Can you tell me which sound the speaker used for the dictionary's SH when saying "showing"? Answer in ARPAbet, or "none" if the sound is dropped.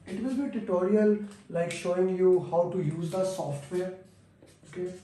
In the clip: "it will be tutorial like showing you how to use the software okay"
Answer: SH